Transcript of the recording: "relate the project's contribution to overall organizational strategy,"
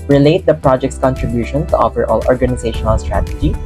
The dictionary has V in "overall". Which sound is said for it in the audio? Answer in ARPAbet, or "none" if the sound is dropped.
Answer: F